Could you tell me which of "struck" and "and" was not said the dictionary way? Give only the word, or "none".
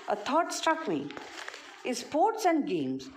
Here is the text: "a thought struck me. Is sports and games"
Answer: none